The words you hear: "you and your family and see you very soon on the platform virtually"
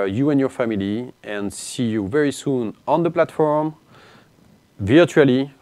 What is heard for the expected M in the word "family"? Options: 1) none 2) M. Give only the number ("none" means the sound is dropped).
2